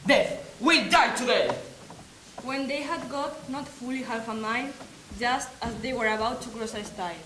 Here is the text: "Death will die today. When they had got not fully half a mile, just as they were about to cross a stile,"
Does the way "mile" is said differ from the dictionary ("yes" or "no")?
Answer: yes